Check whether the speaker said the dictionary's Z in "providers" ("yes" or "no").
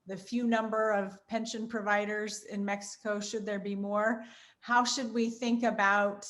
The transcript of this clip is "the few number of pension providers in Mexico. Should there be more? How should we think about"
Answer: yes